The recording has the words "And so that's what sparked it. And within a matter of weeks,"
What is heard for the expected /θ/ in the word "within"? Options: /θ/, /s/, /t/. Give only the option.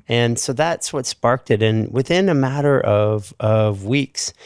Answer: /θ/